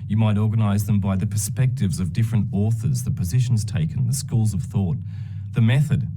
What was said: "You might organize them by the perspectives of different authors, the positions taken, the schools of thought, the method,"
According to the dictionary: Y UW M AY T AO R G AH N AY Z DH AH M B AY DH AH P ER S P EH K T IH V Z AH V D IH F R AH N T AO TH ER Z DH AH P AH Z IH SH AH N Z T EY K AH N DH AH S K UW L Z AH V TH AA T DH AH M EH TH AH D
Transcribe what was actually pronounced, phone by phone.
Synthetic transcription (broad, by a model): Y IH M AY T AO R G AH N AY Z DH AH M B AY DH AH P ER S P EH K T IH V Z AH V D IH F R AH N T AO TH ER Z DH AH P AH Z IH SH N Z T EY K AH N DH AH S K UW L Z AH V TH AA T DH AH M EH TH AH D